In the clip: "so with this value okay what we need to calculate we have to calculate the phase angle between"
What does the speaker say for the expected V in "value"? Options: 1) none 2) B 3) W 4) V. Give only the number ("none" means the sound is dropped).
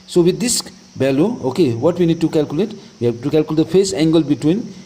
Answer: 2